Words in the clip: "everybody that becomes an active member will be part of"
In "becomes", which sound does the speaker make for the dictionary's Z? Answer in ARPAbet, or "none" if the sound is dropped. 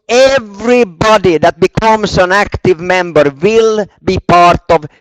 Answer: S